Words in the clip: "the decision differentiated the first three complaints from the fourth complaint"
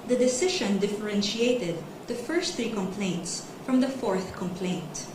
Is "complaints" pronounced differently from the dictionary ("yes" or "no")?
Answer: no